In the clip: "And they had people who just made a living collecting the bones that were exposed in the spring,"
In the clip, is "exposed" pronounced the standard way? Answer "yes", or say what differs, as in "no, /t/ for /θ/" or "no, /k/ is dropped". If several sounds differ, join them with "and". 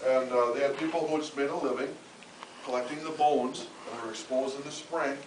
no, /d/ is dropped